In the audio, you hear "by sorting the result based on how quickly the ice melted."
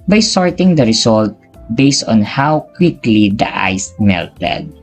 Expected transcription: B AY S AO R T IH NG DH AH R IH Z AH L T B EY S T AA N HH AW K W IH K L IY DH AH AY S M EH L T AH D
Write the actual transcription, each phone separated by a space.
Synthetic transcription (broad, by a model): B AY S AO R T IH NG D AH R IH S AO L T B EY S T AA N HH AW K W IH K L IY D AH AY S M EH L T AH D